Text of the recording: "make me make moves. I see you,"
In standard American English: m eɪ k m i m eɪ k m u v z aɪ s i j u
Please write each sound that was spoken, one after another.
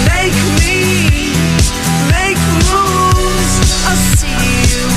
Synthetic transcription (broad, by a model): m eɪ k m i m eɪ k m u z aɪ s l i